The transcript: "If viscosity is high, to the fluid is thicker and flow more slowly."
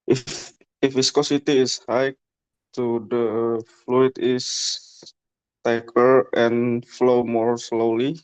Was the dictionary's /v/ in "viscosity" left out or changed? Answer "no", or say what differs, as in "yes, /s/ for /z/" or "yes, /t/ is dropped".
yes, /f/ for /v/